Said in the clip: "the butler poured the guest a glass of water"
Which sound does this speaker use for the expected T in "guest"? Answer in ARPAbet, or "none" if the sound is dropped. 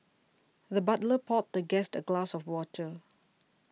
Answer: T